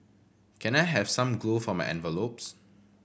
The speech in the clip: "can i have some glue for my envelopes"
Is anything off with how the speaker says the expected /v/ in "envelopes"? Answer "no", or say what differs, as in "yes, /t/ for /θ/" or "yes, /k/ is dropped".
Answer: no